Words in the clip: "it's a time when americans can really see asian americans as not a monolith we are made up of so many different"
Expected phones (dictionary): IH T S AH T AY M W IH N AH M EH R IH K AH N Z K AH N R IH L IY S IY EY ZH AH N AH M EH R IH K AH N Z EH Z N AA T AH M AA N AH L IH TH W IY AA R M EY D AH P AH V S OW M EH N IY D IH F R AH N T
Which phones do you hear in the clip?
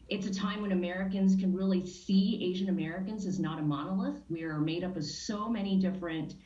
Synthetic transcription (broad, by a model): IH T S AH T AY M W IH N AH M EH R IH K AH N Z K AH N R IH L IY S IY EY ZH AH N AH M EH R IH K AH N Z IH Z N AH T AH M AA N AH L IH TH W IY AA R M EY D AH P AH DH S OW M EH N IY D IH F R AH N T